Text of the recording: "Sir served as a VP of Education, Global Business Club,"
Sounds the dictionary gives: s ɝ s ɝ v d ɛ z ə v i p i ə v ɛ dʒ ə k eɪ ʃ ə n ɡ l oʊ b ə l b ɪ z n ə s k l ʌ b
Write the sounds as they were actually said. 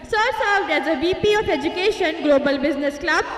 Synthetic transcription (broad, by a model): s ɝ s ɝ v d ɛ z ə b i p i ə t ɛ dʒ ə k eɪ ʃ ə n ɡ l oʊ b ə l b ɪ z n ə s k l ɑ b